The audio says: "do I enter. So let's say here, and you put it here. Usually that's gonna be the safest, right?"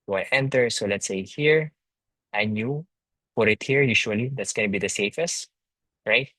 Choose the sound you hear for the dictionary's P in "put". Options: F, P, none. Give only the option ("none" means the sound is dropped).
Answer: F